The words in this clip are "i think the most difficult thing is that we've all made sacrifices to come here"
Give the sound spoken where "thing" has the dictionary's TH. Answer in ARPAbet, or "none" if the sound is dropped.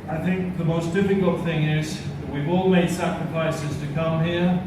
TH